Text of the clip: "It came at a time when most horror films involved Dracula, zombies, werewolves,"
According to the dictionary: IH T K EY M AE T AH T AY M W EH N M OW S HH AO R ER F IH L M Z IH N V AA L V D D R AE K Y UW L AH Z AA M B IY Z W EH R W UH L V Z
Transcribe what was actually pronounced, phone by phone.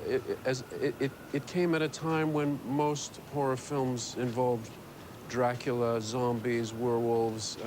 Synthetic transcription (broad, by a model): IH T K EY M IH T AH T AY M W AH N M OW S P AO R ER F IH L M Z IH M V AA L V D D R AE K Y L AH Z AA M B IY Z W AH R W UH L V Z